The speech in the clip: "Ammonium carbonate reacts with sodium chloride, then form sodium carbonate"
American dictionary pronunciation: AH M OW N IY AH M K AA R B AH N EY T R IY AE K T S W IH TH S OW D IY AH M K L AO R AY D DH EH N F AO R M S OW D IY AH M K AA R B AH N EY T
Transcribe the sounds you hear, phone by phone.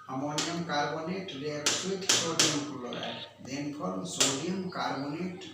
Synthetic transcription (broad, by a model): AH M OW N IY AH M K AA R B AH N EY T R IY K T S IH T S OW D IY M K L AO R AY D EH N P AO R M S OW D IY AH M K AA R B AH N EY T